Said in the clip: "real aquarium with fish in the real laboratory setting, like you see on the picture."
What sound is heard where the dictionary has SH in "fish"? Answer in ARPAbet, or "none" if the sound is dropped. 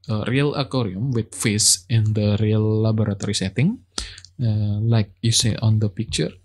S